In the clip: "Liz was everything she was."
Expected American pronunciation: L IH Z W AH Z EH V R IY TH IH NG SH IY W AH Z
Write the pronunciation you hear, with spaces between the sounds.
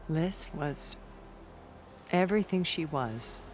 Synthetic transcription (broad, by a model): L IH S W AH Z EH V R IY TH IH NG SH IY W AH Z